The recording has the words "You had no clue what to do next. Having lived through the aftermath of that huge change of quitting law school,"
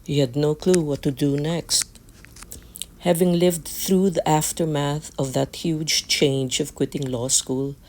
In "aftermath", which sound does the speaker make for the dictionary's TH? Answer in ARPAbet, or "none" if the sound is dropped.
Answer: TH